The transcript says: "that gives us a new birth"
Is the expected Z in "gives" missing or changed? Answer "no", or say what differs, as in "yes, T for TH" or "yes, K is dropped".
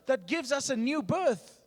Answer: no